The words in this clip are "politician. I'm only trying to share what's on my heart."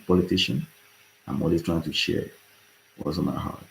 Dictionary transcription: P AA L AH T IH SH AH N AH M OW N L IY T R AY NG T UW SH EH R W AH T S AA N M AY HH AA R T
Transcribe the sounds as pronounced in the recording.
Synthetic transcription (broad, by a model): P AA L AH T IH SH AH N AH M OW L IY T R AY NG T UW SH EH R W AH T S AA N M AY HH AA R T